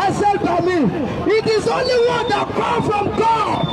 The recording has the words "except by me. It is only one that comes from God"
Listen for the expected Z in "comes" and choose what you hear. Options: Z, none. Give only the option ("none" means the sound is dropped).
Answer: none